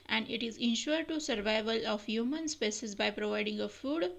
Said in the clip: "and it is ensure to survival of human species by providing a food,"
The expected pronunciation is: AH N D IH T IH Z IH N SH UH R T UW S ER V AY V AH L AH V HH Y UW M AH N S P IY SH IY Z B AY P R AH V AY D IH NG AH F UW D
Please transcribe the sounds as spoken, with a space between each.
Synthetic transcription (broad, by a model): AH N D IH T IH Z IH N SH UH R T UW S ER V AY V AH L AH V HH Y UW M AH N S P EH S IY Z B AY P R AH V AY D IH NG AH F UW D